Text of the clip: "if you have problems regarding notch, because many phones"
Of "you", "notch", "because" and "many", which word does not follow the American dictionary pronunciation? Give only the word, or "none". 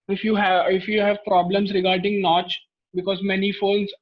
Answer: none